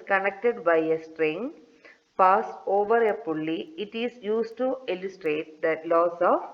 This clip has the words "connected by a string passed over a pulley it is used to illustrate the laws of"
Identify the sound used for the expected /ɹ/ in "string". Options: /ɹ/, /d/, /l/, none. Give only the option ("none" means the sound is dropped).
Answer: /ɹ/